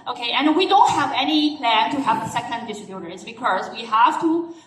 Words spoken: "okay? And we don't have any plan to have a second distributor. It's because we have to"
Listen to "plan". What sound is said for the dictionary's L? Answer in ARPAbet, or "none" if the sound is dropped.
L